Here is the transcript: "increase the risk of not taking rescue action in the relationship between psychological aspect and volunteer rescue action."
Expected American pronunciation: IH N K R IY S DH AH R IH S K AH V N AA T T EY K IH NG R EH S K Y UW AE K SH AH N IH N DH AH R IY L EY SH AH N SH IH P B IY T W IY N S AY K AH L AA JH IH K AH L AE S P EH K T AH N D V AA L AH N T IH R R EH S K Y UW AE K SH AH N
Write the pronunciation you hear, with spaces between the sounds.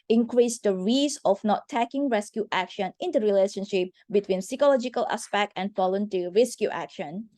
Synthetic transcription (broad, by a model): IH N K R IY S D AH R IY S AH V N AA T T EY K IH NG R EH S K Y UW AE K SH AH N IH N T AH R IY L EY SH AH N SH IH P B IY T W IY N S AY K AH L AA JH IH K AH L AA S P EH K T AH N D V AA L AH N T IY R R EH S K Y UW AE K SH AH N